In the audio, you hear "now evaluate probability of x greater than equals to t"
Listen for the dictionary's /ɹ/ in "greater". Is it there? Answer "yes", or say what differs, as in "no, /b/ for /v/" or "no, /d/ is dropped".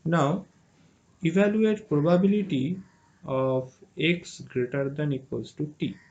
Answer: yes